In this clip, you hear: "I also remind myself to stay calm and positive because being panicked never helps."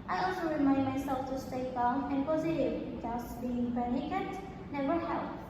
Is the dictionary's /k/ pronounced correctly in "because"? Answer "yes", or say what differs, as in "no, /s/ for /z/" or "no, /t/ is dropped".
no, /k/ is dropped